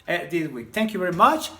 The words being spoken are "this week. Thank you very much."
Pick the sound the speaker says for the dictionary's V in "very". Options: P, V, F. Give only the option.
V